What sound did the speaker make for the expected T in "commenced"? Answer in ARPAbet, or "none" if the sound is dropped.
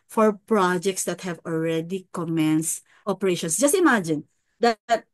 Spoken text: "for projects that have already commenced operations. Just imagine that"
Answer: T